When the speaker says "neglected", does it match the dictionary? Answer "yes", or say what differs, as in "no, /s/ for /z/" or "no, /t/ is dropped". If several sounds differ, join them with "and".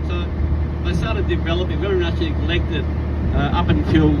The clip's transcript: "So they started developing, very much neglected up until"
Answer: no, /l/ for /n/